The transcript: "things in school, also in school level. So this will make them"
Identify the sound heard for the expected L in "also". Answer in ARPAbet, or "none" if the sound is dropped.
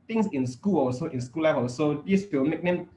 none